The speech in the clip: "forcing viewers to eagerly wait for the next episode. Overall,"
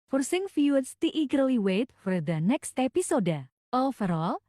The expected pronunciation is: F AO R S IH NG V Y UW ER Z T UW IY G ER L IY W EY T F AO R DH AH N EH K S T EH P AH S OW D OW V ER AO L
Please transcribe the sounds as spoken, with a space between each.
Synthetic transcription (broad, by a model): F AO R S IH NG F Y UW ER S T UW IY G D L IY W EY T F AO R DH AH N EH K S T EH P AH S OW D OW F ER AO L